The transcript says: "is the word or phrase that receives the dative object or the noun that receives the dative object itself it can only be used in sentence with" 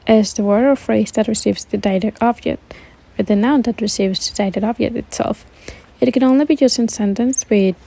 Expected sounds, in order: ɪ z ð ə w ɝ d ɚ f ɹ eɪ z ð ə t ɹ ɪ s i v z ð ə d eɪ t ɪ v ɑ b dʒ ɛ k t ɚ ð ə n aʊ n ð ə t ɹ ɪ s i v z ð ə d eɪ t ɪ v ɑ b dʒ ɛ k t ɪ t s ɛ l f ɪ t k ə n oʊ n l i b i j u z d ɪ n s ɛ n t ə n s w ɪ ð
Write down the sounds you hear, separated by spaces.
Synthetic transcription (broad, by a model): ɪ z ð ə w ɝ ɚ f ɹ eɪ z ð ə t ɹ ɪ s i v z ð ə d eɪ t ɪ ɑ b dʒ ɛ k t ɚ ð ə n aʊ n ð ə t ɹ ɪ s i v z ð ə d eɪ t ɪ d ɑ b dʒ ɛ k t ɪ t s ɛ l f ɪ t k ə n oʊ n l i b i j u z ɪ n s ɛ n t ə n s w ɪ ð